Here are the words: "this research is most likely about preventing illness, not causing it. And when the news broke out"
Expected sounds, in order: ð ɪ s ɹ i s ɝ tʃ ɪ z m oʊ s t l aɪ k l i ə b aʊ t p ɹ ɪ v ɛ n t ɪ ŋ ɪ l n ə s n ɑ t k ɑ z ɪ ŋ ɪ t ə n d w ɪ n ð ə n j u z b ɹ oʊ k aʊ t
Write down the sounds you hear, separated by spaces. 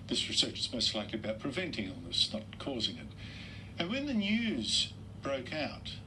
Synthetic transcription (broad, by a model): ð ɪ s ɹ i s ɝ tʃ ɪ z m oʊ s t l aɪ k l i ə b aʊ t p ɹ ɪ v ɛ n t ɪ ŋ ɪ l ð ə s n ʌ t k ɑ z ɪ ŋ ɪ t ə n w ɪ n ð ə n j u z b ɹ oʊ k aʊ t